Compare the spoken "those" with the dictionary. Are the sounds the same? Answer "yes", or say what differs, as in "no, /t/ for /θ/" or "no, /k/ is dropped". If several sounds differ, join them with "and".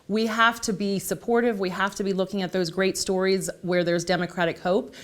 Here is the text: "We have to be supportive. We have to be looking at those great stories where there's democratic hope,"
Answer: yes